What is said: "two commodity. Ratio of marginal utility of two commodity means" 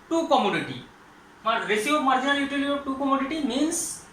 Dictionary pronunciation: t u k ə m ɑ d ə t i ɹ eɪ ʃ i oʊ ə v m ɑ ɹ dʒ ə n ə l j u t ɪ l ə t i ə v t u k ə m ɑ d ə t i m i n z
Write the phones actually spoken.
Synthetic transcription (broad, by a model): t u k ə m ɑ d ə t i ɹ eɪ s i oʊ m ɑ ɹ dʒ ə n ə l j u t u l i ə t u k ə m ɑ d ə t i m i n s